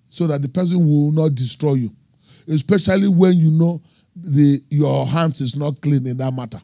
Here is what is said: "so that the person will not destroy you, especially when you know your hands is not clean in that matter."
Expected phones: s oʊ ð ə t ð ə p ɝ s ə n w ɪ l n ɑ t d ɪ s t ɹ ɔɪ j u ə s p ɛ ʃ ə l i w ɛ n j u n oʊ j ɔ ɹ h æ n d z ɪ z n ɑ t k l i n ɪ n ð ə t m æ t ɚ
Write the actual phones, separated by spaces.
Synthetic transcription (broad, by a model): s oʊ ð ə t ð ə p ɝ s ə n w ɪ l n ɑ t d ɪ s t ɹ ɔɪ j u ə s p ɛ ʃ ə l i w ɛ n j u n oʊ j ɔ h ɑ n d s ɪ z n ɑ t k l i n ɪ n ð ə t m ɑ t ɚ